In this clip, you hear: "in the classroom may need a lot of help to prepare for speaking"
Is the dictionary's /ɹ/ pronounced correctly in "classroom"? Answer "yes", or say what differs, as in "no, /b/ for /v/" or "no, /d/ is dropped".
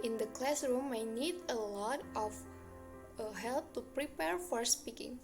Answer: yes